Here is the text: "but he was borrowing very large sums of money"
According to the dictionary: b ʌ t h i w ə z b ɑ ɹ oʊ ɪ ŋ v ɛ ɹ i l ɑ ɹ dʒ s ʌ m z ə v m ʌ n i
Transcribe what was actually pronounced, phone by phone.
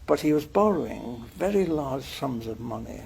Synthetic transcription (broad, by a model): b ʌ t h i w ə z b ɑ ɹ oʊ ɪ ŋ v ɛ ɹ i l ɑ ɹ dʒ s ʌ m z ə v m ʌ n i